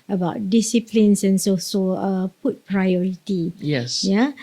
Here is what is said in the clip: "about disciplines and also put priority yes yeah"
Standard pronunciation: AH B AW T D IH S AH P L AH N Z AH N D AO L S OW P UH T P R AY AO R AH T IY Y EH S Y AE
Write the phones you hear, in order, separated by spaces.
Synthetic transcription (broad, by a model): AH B AW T D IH S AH P L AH N S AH N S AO S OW P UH T P R AY AO R AH T IY Y EH S Y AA